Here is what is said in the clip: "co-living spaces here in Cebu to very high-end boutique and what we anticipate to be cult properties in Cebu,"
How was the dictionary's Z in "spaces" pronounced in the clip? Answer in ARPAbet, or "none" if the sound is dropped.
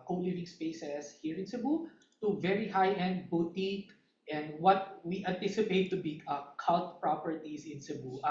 S